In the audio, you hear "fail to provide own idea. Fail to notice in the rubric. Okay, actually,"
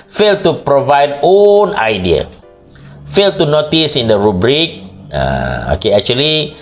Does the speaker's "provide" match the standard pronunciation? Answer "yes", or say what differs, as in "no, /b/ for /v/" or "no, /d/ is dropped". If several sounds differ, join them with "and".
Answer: yes